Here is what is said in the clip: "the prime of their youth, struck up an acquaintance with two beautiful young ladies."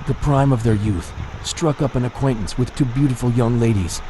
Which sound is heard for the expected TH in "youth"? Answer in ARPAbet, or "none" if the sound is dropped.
TH